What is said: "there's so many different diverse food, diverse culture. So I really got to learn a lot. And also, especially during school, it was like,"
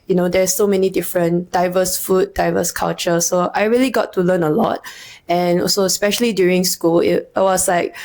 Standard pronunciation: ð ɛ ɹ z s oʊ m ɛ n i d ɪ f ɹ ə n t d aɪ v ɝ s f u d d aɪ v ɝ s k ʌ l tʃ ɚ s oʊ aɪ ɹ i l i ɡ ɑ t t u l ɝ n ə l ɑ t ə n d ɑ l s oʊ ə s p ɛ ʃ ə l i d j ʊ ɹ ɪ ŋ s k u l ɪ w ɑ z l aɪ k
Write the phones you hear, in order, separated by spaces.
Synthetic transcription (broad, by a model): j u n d s oʊ m ɛ n i d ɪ f ɹ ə n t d aɪ v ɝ s f u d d aɪ v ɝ s k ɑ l tʃ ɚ s oʊ aɪ ɹ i l i ɡ ɑ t t u l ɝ n ə l ɑ t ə n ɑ s oʊ ə s p ɛ ʃ ə l i d j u ɹ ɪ ŋ s k u l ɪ w ɑ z l aɪ k